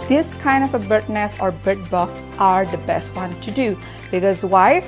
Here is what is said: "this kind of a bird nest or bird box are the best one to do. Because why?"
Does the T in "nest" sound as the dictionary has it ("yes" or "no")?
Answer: no